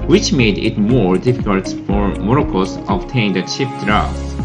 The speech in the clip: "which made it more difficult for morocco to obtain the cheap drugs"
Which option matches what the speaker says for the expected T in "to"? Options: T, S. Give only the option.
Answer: S